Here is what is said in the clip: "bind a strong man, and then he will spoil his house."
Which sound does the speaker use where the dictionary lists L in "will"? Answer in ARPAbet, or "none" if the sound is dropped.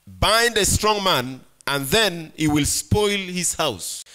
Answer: L